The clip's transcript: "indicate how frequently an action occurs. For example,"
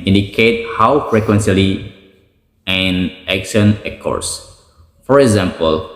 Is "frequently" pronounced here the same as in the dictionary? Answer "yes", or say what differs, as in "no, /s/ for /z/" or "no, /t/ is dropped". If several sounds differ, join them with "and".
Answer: no, /s/ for /t/